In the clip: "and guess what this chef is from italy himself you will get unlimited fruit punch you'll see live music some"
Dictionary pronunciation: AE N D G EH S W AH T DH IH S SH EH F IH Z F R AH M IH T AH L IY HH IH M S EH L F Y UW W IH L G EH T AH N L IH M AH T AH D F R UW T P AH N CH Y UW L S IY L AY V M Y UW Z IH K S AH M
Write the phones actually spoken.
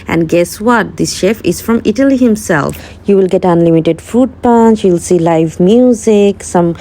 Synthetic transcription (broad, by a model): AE N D G EH S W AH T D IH S SH EH F IH Z F R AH M IH T AH L IY HH IH M S EH L F Y UW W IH L G EH T AH N L IH M AH T AH D F UW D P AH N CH Y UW L S IY L AY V M Y UW Z IH K S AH M